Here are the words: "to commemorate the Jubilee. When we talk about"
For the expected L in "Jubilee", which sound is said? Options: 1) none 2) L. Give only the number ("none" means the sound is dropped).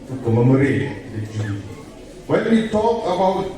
1